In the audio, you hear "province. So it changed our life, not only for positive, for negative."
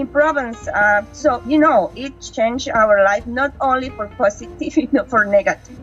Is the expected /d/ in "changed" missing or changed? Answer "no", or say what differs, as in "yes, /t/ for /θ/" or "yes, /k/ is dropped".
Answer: yes, /d/ is dropped